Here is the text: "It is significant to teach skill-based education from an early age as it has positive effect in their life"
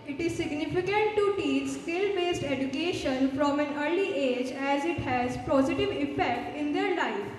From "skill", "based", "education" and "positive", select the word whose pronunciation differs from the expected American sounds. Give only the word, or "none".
none